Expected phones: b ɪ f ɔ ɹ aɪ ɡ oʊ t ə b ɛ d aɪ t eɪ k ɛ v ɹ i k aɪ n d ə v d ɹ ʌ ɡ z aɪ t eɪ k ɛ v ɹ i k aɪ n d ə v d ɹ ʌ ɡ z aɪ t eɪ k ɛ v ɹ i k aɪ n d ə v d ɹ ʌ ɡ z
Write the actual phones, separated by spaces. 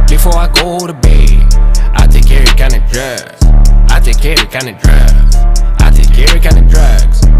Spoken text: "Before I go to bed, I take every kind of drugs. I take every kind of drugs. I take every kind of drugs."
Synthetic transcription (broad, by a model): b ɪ f ɔ ɹ aɪ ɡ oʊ t ə b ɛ aɪ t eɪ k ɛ ɹ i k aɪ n ə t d ɹ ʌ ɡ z aɪ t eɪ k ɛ ɹ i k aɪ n ə d ɹ ʌ ɡ z aɪ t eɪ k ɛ ɹ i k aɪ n ə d ɹ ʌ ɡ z